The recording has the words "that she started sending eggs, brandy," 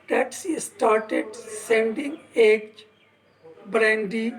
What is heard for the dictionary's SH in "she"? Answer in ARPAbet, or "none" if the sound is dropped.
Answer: S